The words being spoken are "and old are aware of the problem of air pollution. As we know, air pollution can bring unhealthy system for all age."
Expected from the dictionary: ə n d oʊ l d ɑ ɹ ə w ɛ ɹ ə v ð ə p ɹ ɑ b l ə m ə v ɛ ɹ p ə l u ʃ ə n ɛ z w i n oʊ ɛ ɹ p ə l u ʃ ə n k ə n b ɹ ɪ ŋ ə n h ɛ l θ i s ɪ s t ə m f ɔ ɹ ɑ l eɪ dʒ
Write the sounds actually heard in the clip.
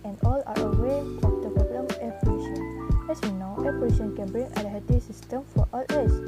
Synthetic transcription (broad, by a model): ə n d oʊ l ɑ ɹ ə w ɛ w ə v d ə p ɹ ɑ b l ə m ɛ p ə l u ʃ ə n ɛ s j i n oʊ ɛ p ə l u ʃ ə n k ə n b ɹ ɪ ŋ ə l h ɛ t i s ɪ s t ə m f ɔ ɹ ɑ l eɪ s